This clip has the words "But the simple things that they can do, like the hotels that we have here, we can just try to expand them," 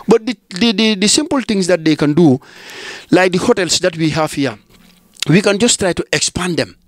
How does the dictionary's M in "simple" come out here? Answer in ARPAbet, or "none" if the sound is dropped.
M